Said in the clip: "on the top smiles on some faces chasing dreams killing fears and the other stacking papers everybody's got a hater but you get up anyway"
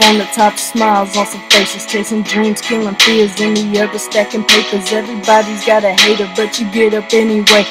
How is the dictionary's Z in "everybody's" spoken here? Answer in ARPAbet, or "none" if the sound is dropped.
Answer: Z